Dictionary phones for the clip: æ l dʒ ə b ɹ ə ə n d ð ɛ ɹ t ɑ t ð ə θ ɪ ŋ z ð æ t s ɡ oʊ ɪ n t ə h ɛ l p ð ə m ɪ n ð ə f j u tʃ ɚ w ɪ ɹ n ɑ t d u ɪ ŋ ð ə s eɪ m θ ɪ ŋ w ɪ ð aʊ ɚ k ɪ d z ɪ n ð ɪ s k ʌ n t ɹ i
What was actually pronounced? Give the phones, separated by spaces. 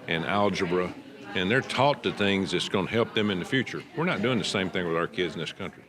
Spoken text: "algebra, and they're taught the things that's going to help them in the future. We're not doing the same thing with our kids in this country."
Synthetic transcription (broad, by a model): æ l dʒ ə b ɹ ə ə n ð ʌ ɹ t ɑ t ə θ ɪ ŋ z ð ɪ t s ɡ oʊ ɪ n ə h ɛ l p ð ə m ɪ n ð ə f j u tʃ ɚ w ɪ ɹ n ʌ t d u ɪ ŋ ð ə s eɪ m θ ɪ ŋ w ɪ ð aʊ ɚ k ɪ d z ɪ n ð ɪ s k ʌ n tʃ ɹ i